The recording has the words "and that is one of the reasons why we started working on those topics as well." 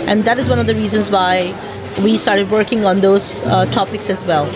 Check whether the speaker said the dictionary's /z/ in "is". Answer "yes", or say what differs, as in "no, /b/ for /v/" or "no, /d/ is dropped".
yes